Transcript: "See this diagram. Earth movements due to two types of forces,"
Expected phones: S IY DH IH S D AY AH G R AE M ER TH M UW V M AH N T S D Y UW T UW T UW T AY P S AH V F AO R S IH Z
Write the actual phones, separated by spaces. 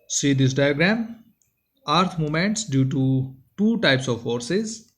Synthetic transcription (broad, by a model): S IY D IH S D AY AH G R AE M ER T M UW M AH N T S D Y UW T UW T UW T AY P S AH V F AO R S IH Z